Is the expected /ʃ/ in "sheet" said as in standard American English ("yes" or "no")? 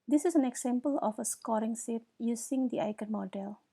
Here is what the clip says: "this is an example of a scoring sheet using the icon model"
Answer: no